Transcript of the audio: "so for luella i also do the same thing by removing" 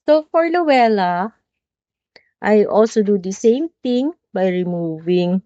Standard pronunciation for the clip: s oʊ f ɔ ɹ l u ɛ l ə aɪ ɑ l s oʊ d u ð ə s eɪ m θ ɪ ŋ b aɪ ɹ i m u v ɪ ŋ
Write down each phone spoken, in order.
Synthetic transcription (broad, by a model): s oʊ f ɔ ɹ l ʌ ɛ l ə aɪ ɑ l s oʊ d u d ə s eɪ m t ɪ ŋ b aɪ ɹ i m u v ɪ ŋ